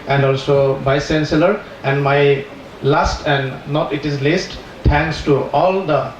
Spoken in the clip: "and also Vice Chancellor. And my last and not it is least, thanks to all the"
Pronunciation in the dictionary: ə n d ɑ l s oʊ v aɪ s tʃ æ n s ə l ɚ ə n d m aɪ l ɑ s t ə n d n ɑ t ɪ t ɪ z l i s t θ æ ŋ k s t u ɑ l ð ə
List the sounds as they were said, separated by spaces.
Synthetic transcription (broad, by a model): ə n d ɑ l s oʊ b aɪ s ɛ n s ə l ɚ ə n d m aɪ l ɑ s t ə n d n ɑ t ɪ t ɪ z l i s t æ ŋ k s t u ɑ l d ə